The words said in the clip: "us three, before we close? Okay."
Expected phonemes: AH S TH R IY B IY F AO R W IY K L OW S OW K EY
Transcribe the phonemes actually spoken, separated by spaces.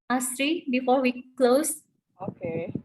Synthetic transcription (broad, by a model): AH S T R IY B IY F AO R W IY K L OW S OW K EY